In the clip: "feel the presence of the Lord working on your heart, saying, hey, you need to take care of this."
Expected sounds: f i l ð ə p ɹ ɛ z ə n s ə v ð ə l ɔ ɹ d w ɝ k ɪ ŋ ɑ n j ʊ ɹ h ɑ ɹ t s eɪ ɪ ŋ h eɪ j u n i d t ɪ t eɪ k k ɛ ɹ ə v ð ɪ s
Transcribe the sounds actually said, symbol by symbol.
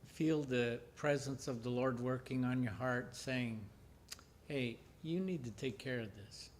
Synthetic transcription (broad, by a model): f i l ð ə p ɹ ɛ z ə n s ə v ð ə l ɔ ɹ d w ɝ k ɪ ŋ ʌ n j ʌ ɹ h ɑ ɹ t s eɪ ɪ ŋ h eɪ j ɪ n i d t ɪ t eɪ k k ɛ ɹ ə v ð ɪ s